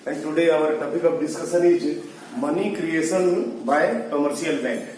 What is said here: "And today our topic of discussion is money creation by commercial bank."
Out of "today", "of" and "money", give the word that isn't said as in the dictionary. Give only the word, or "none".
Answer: of